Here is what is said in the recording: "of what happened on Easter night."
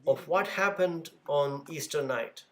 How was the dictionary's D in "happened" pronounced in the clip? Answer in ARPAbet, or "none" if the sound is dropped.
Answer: D